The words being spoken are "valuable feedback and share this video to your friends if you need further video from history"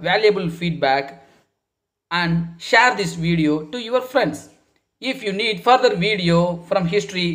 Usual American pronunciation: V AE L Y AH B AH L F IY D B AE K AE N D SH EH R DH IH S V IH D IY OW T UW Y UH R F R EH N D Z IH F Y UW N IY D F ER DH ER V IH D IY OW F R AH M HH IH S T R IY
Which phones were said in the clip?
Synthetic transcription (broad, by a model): V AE L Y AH B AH L F IY D B AE K AE N D SH EH R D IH S V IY D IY OW T UW Y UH R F R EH N D S IH F Y UW N IY D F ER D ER V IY D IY OW F R AH M HH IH S T R IY